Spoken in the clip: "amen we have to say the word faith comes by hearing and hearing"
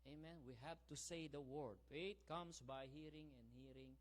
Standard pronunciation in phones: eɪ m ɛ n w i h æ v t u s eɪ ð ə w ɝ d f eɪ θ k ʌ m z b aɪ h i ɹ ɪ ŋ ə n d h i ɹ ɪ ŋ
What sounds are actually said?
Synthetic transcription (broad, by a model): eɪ m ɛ n w i h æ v t u s eɪ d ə w ɝ d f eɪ t k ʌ m s b aɪ h i ɹ ɪ ŋ ə n d h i ɹ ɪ ŋ